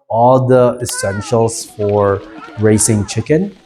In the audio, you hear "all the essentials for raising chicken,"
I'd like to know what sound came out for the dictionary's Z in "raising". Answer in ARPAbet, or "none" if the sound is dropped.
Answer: S